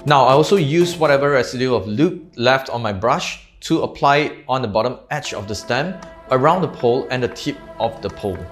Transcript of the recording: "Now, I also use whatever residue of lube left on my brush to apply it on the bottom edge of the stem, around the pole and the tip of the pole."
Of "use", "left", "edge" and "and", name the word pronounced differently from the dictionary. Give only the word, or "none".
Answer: edge